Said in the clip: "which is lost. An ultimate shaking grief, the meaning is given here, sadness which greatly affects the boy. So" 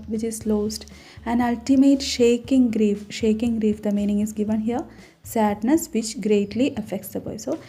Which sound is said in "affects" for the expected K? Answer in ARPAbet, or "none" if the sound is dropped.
K